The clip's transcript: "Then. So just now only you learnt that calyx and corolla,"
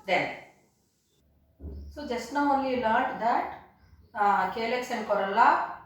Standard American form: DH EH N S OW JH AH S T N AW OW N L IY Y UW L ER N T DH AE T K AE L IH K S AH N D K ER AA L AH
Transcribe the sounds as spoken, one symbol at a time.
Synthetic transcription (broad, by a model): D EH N S OW JH AH S T N AW OW N L IY L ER T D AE T K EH L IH K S AH N D K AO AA L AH